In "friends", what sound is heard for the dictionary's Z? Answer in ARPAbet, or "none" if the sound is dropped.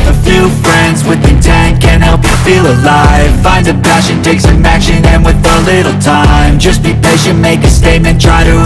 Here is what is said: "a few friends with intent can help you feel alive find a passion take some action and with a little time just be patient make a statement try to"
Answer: Z